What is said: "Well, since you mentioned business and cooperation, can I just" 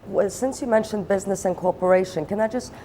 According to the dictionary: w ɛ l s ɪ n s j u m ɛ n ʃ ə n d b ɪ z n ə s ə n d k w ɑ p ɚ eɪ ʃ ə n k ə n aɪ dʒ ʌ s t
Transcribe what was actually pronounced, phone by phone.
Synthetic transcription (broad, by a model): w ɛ s ɪ n s j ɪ m ɛ n ʃ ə n b ɪ z n ə s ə n k ɑ p ɚ eɪ ʃ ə n k ə n aɪ dʒ ʌ s t